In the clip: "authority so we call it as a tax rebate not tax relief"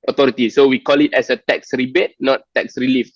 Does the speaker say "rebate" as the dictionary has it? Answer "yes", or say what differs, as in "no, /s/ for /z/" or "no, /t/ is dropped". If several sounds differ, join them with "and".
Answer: yes